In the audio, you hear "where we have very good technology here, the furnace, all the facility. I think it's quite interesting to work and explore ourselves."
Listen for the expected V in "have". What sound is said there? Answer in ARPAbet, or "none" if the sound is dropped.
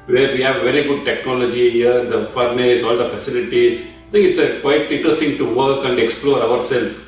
V